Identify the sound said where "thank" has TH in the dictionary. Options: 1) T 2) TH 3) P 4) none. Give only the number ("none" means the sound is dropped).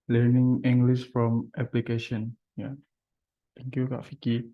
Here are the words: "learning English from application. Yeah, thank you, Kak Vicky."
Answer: 1